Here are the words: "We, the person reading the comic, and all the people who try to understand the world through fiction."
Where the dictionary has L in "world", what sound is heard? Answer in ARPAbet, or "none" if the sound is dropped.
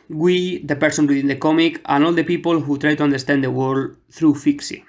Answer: none